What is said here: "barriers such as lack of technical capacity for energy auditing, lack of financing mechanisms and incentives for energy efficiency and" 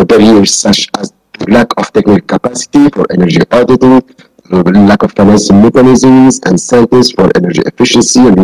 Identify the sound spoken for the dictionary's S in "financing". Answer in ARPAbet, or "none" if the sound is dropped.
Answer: SH